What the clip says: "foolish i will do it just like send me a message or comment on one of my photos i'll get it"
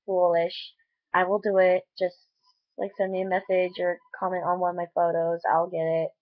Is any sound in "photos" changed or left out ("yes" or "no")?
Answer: no